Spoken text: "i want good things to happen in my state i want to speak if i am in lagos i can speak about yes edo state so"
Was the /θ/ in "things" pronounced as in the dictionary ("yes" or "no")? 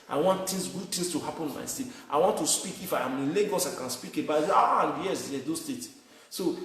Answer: no